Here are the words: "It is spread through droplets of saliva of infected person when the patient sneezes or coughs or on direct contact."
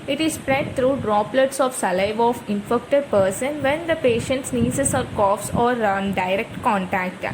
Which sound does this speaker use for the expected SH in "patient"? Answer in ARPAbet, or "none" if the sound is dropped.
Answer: SH